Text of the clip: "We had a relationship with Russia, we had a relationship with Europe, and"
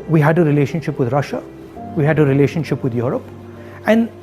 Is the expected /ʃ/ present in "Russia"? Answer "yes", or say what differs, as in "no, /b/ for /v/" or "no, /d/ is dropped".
yes